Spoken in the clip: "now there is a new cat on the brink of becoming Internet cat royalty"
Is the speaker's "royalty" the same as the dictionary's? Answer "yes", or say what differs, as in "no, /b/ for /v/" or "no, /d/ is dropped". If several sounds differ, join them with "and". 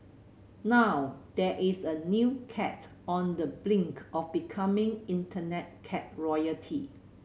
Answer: no, /l/ is dropped